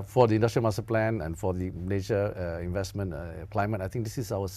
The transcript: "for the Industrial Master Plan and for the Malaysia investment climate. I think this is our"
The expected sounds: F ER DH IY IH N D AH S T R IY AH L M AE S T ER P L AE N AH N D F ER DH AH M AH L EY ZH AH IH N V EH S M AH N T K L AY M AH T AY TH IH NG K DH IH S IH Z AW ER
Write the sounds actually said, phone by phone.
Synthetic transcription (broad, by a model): F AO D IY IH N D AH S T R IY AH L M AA S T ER P L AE N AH N F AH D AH N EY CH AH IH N V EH S M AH N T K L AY M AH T AY T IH NG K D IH S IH S AW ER